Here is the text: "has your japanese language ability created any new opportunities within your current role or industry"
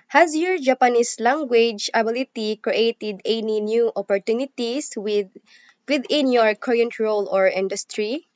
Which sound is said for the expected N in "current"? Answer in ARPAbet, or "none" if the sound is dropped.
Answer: N